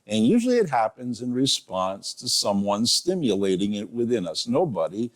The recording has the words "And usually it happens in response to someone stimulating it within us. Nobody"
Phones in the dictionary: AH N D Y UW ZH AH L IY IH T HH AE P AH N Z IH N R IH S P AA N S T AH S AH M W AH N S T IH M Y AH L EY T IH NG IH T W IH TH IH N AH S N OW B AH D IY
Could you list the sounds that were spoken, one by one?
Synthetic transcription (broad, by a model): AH N Y UW ZH L IY IH T HH AE P AH N Z IH N R IH S P AA N S T AH S AH M W AH N S T IH M Y AH L EY T IH NG IH T W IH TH IH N AH S N OW B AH D IY